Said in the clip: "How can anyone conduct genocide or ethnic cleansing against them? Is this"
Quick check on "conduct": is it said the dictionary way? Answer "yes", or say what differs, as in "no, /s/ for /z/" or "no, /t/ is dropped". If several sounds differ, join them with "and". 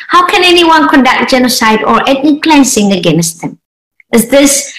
yes